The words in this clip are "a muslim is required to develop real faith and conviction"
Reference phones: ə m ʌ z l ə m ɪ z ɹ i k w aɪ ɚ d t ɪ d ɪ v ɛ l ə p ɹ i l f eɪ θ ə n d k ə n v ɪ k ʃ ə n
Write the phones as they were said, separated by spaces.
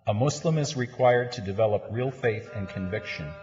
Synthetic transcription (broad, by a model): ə m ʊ s l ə m ɪ z ɹ i k w aɪ ɚ d t ɪ d ɪ v ɛ l ə p ɹ i l f eɪ θ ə n k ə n v ɪ k ʃ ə n